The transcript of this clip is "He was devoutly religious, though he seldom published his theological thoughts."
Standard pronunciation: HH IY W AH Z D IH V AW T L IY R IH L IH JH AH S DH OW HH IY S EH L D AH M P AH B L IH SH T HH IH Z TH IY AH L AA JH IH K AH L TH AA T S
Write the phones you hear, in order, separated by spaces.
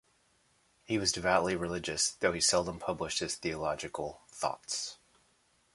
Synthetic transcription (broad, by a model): HH IY W AH Z D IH V AW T L IY R IH L IH JH AH S DH OW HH IY S EH L D AH M P AH B L IH SH T HH IH Z TH IY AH L AA JH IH K L TH AA T S